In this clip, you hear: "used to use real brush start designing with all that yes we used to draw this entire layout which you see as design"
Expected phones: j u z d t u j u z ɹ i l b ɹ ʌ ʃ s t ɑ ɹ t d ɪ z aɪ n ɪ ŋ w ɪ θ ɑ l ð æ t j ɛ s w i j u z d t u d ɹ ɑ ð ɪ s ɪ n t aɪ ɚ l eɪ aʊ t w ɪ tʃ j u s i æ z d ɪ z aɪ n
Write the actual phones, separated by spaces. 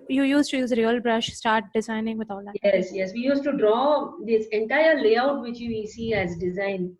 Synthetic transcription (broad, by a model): j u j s t u j u z ɹ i l b ɹ ʌ ʃ s t ɑ ɹ t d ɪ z aɪ n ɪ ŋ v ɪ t ɑ l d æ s j ɛ s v i j u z t u d ɹ ɑ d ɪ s ɪ n t aɪ ɚ l eɪ aʊ t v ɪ tʃ j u s i æ z d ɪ z aɪ n